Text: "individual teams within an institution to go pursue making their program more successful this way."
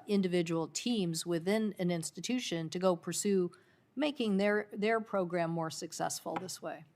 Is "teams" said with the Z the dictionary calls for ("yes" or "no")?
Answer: yes